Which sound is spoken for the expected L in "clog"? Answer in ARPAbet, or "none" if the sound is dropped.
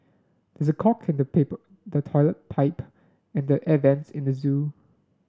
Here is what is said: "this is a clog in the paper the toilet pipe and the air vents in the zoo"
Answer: none